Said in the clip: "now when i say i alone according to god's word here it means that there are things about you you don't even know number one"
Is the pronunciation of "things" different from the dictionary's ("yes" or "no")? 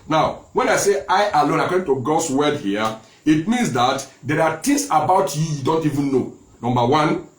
yes